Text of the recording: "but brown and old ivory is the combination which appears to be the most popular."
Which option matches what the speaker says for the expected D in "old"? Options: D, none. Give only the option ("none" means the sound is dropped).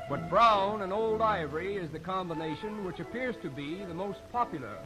D